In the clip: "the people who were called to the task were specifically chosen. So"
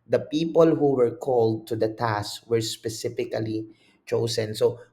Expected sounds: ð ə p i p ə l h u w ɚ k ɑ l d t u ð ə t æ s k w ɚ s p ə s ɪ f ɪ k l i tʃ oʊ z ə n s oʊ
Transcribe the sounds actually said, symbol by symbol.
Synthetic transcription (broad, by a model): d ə p i p ə l h u w ɚ k ɑ l d t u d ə t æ s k w ɚ s p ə s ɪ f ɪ k l i tʃ oʊ s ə n s oʊ